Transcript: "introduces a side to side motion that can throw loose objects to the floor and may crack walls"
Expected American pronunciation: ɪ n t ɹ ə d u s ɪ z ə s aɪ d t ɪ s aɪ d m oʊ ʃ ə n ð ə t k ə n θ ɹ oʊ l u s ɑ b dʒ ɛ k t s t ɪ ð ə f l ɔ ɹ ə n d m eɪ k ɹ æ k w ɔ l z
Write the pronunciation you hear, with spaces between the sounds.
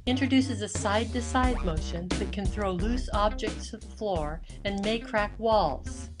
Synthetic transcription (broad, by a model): ɪ n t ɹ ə d u s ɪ z ə s aɪ d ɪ s aɪ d m oʊ ʃ ə n ð ə t k ə n θ ɹ oʊ l u s ɑ b dʒ ɛ k t s t ɪ ð ə f l ɔ ɹ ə n m eɪ k ɹ æ k w ɔ l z